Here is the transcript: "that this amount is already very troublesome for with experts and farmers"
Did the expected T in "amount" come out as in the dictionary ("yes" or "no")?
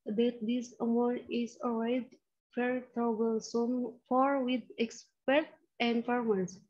no